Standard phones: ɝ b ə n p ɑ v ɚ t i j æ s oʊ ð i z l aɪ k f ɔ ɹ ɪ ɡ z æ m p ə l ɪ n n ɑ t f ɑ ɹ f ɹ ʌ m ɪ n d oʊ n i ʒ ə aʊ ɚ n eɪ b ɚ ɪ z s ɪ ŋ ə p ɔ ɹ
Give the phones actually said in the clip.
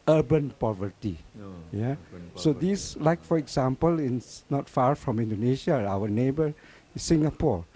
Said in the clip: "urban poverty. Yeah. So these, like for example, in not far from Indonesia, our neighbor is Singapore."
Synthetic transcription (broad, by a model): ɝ b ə n p ɑ v ɚ t i j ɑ s oʊ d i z l aɪ k f ɔ ɹ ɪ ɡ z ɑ m p ə l ɪ n n ɑ t f ɑ ɹ f ɹ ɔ m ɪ n d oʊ n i ʃ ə aʊ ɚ n eɪ b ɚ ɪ s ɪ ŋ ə p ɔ ɹ